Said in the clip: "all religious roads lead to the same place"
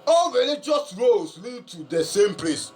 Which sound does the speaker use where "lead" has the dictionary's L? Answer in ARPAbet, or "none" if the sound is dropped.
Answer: L